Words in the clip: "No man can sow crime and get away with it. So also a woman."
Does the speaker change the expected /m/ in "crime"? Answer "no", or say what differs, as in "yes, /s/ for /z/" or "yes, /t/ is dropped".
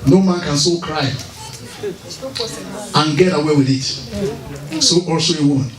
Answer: yes, /m/ is dropped